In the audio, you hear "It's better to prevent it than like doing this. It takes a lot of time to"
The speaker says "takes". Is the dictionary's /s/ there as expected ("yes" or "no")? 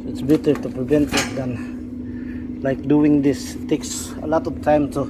yes